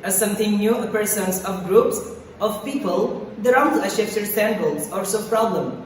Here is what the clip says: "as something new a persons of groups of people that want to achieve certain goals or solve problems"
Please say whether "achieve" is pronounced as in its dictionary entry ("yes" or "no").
no